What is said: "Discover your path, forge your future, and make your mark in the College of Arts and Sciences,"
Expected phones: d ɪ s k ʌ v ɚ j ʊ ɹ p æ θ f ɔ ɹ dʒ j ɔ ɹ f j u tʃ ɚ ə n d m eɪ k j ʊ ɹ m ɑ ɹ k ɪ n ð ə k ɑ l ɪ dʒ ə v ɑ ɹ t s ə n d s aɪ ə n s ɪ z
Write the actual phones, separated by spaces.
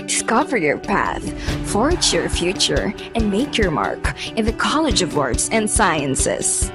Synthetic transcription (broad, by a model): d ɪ s k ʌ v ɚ j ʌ ɹ p æ θ f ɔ ɹ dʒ j ɔ ɹ f j u tʃ ɚ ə n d m eɪ k j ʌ ɹ m ɑ ɹ k ɪ n ð ə k ɑ l ɪ dʒ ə v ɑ ɹ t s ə n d s aɪ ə n s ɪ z